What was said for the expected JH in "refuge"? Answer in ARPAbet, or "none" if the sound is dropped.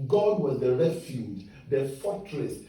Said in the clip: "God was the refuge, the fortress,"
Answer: JH